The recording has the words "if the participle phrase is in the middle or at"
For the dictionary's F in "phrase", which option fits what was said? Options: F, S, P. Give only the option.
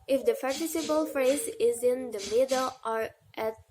F